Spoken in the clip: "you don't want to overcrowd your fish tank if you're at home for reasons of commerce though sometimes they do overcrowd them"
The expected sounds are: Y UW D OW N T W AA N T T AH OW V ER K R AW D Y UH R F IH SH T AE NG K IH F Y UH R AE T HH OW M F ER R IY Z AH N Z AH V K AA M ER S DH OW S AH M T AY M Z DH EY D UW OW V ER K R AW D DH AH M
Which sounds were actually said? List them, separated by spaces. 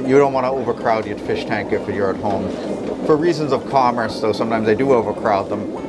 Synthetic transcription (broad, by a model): Y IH D OW N T W AA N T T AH OW V ER K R AW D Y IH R F IH SH T AE NG K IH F Y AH R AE T HH OW M F ER R IY Z AH N Z AH V K AA M ER S DH OW S AH M T AY M Z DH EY D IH OW V ER K R AW D DH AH M